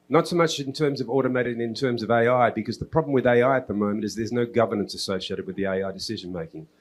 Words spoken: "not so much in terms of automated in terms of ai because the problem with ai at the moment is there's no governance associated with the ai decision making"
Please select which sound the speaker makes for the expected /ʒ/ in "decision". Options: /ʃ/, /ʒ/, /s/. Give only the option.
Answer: /ʒ/